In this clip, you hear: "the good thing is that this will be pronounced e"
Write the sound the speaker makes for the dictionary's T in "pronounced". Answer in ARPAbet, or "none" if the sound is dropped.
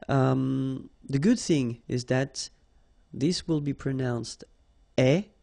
T